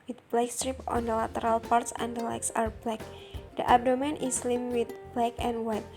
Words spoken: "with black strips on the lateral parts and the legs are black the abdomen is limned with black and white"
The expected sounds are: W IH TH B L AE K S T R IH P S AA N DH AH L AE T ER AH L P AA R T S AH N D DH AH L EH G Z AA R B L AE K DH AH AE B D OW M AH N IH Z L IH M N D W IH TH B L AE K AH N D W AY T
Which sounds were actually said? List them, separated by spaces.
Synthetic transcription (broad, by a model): W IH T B L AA K S T R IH P AA N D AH L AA T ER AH L P AA R T S AH N D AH L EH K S AA R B L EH K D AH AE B D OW M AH N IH S L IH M W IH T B L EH K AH N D W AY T